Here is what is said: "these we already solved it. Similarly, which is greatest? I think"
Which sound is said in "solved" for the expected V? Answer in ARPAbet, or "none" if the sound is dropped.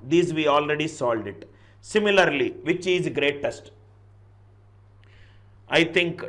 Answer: none